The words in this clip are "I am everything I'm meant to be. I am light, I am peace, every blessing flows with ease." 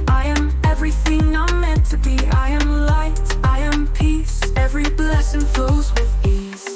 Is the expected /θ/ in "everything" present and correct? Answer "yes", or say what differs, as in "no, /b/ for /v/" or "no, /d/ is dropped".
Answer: yes